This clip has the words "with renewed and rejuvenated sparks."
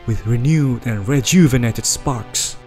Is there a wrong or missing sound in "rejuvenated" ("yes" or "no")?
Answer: no